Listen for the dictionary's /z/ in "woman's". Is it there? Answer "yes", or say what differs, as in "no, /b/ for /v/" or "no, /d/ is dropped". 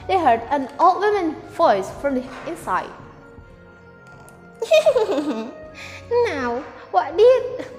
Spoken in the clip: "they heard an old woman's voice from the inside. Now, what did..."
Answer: no, /z/ is dropped